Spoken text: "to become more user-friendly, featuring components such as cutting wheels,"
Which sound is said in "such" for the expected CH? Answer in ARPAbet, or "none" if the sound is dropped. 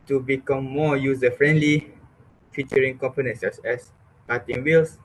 S